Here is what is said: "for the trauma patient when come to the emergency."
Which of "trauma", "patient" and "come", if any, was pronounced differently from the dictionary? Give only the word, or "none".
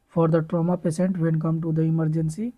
patient